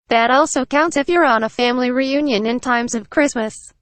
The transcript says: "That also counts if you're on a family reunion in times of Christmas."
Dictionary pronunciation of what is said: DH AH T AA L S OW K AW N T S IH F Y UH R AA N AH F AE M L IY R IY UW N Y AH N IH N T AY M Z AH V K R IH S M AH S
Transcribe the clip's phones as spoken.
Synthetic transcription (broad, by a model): DH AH T AA L S OW K AW N T S IH F Y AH R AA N AH F AE M L IY R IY UW N Y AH N IH N T AY M Z AH V K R IH S M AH S